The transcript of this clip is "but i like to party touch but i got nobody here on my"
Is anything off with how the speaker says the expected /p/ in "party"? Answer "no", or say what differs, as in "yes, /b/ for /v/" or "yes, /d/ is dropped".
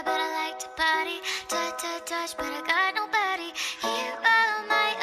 yes, /b/ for /p/